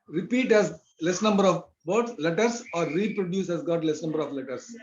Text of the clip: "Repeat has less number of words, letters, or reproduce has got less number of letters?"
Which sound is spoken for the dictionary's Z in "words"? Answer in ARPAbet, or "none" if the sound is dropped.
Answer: S